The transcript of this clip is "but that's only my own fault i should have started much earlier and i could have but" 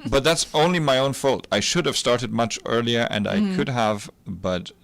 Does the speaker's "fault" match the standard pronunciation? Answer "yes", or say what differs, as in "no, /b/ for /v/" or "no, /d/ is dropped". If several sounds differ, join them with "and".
yes